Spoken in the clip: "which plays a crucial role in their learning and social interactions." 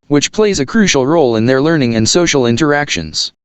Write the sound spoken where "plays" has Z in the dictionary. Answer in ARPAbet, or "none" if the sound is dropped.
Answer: Z